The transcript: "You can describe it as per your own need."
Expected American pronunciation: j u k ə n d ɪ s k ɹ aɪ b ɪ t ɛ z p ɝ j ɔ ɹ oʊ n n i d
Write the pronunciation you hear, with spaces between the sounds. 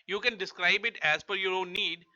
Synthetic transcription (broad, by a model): j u k ə n d ɪ s k ɹ aɪ b ɪ t ɛ z f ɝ j ɔ ɹ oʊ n n i d